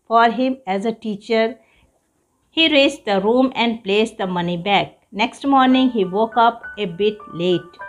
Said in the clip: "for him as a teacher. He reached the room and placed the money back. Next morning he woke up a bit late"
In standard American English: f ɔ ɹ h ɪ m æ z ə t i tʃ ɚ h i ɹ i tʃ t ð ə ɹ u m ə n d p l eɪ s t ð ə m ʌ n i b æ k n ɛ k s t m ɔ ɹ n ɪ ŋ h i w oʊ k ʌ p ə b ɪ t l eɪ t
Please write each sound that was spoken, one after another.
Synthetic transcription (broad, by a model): f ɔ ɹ h ɪ m æ z ə t i tʃ ɚ h i ɹ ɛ s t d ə ɹ u m ə n d p l eɪ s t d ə m ʌ n i b æ k n ɛ k s t m ɔ ɹ n ɪ ŋ h i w oʊ k ʌ p ə b ɪ t l eɪ t